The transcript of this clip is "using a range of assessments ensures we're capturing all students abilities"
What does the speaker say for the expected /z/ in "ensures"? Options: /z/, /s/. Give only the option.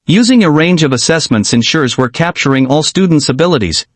/z/